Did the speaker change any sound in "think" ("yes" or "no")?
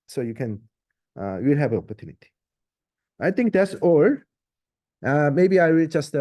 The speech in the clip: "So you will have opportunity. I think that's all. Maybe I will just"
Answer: yes